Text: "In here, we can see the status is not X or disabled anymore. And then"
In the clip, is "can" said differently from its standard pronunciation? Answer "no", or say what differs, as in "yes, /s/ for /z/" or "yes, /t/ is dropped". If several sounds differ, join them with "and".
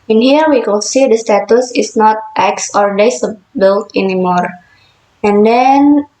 yes, /l/ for /n/